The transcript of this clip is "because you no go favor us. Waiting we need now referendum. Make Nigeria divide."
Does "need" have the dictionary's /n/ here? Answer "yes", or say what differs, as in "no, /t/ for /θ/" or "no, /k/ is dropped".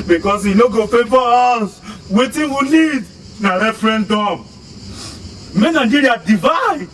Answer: no, /l/ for /n/